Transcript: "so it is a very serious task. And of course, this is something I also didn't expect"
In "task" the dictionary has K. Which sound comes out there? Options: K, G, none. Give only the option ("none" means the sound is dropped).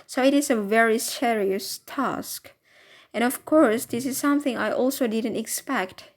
K